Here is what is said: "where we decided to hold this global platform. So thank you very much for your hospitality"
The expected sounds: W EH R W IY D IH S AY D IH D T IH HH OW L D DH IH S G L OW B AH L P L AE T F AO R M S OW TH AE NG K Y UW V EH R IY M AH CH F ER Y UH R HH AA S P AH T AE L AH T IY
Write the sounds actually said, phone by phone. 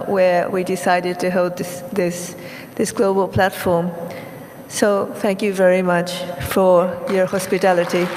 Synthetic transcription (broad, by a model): W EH R W IY D IH S AY D IH D T IH HH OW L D DH IH S G L OW B AH L P L AE T F AO R M S OW TH AE NG K Y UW V EH R IY M AH CH F ER Y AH R HH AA S P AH T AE L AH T IY